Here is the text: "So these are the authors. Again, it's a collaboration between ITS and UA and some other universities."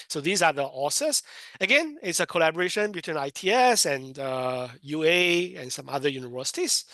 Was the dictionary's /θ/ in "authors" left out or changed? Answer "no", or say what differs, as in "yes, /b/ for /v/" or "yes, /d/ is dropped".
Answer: yes, /s/ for /θ/